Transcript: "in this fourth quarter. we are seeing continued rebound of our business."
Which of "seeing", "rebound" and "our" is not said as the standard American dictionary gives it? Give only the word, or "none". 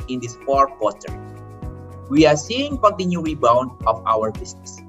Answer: none